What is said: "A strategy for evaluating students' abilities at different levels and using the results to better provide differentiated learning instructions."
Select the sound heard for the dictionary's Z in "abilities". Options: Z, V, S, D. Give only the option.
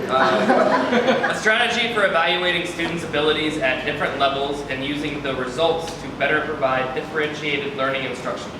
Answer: Z